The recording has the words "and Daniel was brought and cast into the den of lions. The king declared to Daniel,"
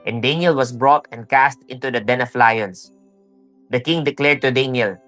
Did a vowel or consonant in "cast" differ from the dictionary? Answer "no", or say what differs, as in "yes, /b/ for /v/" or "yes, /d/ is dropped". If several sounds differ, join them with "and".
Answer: no